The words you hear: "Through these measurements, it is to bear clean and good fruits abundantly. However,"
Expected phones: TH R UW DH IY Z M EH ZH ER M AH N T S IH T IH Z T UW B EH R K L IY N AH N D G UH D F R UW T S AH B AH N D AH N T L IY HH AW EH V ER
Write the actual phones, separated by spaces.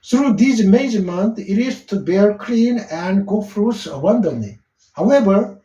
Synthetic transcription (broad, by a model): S R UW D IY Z M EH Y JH M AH N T IH T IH S T UW B EH R K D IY N AH N D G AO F R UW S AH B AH N D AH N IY HH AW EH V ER